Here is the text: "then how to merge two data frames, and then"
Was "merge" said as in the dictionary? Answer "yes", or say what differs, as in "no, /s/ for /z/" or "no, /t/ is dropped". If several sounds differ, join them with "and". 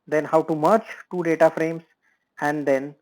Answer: no, /tʃ/ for /dʒ/